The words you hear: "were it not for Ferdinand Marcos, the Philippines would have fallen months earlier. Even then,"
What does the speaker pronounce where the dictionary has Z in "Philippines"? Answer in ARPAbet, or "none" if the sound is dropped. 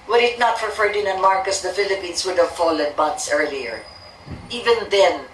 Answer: S